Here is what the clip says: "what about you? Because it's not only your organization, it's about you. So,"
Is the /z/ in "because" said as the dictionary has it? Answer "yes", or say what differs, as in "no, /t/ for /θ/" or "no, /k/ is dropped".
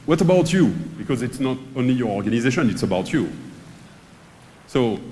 yes